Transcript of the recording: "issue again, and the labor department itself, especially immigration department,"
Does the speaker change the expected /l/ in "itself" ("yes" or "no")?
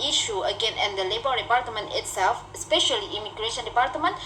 no